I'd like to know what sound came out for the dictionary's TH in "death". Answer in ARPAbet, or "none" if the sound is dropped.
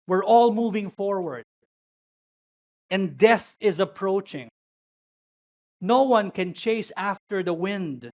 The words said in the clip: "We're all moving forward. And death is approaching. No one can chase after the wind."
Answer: TH